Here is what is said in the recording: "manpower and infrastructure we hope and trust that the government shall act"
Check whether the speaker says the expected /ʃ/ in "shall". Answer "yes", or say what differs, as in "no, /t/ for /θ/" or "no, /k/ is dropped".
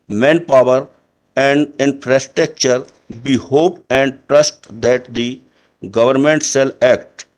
no, /s/ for /ʃ/